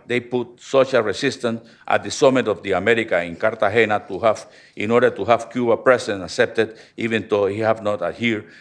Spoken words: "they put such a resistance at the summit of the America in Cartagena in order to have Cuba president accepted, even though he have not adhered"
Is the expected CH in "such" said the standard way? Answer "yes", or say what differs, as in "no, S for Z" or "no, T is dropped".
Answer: no, SH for CH